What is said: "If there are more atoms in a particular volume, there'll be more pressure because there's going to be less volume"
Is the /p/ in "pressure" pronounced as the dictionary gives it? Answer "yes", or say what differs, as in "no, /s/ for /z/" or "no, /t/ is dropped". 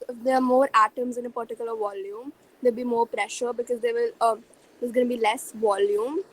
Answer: yes